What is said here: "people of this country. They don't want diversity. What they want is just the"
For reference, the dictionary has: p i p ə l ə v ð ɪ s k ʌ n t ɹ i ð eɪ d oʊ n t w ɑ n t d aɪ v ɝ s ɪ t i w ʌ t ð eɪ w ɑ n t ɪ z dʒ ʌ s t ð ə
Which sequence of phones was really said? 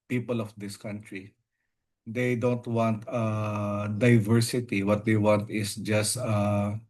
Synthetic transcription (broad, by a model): p i p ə l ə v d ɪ s k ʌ n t ɹ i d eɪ d oʊ n t w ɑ n t d aɪ v ɝ s ɪ t i w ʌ t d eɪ w ɑ n t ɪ s dʒ ʌ s t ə